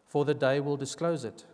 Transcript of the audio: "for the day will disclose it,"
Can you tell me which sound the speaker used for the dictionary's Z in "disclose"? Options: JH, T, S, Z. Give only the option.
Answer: Z